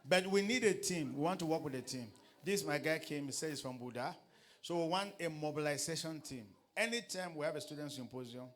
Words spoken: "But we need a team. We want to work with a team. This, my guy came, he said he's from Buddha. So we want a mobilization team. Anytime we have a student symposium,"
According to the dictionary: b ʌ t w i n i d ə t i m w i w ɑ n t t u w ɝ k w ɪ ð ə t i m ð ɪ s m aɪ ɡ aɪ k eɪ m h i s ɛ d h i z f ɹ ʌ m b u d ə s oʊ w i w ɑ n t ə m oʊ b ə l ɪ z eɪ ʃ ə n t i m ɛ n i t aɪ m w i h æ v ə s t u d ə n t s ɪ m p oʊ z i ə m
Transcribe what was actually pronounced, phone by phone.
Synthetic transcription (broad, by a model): b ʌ t w i n i d ə t i m w i w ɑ n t t u w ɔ k w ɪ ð ə t i m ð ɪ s m aɪ ɡ aɪ k eɪ m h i s ɛ d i s f ɹ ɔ m b u d ə s oʊ w i w ɑ n t ə m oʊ b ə l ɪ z eɪ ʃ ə n t i m ɛ n i t aɪ m w i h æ v ə s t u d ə n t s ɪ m p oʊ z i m